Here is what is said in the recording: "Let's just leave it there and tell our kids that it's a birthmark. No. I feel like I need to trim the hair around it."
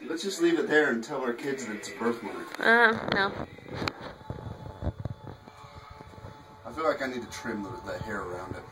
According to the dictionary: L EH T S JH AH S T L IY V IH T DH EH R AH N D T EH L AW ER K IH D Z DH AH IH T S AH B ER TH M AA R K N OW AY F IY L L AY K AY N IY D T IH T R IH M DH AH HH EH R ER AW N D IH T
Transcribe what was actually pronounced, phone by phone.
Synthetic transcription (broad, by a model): L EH T S JH AH S T L IY V IH T DH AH R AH N T EH L AW ER K IH D Z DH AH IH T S AH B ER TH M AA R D N OW AY F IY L L AY K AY N IY D T IH T R IH M DH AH HH EH R ER AW N D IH T